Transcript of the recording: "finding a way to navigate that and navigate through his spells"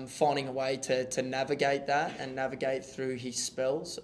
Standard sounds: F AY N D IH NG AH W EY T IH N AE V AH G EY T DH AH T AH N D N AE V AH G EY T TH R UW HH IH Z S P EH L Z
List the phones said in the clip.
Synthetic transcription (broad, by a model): F AY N D IH NG AH W EY T IH N AE V AH G EY T DH AH T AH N N AE V AH G EY T TH R UW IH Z S P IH L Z